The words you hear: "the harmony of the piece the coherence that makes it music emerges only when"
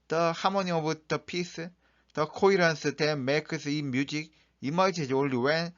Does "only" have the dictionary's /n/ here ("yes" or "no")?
no